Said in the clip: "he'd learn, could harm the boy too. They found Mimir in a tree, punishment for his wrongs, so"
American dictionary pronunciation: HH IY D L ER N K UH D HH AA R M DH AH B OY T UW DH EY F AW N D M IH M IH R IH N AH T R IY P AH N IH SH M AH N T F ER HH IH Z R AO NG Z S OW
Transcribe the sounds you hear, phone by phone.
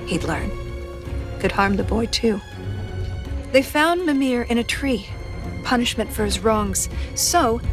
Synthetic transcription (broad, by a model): HH IY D L ER N K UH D HH AA R M DH AH B OY T UW DH EY F AW N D M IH M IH R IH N AH T R IY P AH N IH SH M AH N T F ER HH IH Z R AO NG Z S OW